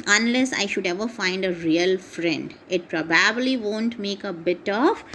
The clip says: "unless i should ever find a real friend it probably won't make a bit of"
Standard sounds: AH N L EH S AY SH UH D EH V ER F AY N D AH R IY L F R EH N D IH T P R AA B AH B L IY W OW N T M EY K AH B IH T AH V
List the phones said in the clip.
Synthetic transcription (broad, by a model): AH N L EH S AY SH UH D EH V ER F AY N D AH R IY L F R EH N D IH T P R AA B AH B L IY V OW N T M EY K AH B IH T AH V